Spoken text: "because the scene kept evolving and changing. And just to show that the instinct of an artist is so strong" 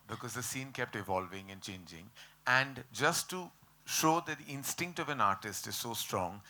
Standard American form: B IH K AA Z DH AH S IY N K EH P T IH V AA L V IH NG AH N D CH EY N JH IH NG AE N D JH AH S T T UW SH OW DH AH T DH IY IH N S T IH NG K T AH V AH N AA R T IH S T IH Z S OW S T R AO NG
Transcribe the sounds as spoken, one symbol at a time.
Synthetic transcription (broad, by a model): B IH K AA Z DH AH S IY N K EH P T IH V AA L V IH NG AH N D CH EY N JH IH NG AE N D JH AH S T T UW SH OW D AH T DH IY IH N S T IH NG K T AH V AH N AA R T IH S T IH Z S OW S T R AO NG